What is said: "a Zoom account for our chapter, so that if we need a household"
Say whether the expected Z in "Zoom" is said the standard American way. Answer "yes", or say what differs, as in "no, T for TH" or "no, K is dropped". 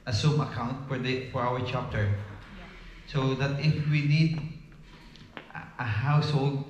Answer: no, S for Z